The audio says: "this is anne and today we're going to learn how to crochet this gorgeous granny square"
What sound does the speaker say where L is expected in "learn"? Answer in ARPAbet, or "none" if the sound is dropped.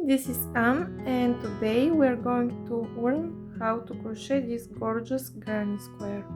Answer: W